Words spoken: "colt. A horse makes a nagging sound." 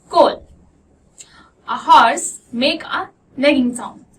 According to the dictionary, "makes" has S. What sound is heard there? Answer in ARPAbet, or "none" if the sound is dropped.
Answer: none